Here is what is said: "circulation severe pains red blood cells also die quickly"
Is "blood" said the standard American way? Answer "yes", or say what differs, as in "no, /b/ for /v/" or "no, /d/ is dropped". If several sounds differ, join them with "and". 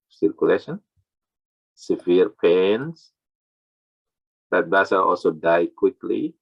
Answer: no, /l/ is dropped